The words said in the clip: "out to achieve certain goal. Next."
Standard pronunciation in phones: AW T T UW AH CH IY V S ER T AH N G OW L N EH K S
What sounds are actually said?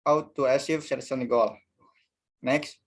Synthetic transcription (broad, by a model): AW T T UW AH S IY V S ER S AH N G OW L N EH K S